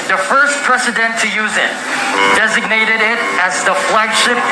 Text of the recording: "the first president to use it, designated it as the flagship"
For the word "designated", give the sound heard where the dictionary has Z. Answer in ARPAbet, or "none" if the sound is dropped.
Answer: Z